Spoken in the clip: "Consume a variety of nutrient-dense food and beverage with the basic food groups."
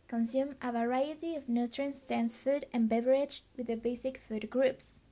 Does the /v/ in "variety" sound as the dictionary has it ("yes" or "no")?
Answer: yes